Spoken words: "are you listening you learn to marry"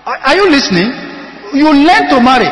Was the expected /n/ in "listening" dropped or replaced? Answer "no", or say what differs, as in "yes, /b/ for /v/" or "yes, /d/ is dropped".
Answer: no